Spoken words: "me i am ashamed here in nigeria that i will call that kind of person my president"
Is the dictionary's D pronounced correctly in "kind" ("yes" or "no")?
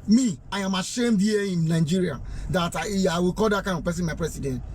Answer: no